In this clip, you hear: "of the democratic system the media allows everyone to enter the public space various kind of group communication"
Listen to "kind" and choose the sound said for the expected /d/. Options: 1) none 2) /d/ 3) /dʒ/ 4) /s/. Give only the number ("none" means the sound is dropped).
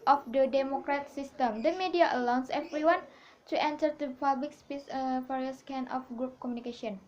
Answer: 1